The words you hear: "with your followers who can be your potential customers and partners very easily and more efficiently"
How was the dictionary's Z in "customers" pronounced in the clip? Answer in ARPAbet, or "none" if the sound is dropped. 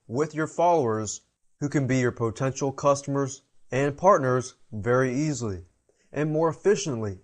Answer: Z